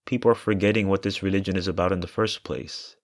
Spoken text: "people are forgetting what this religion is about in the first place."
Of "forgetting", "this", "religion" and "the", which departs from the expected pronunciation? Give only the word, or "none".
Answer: none